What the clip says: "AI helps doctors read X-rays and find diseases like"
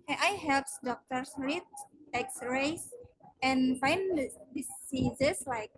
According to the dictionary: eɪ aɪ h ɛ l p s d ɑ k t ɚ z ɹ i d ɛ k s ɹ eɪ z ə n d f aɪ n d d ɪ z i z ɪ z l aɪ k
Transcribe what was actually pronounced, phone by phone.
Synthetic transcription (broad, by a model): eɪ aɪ h ɛ l p s d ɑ k t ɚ s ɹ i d ɛ k s ɹ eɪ s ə n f aɪ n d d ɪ s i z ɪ s l aɪ k